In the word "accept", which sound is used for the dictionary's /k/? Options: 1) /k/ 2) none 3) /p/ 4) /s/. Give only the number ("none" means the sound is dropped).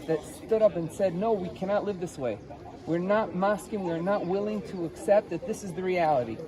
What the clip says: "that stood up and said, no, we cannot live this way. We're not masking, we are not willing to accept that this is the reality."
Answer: 1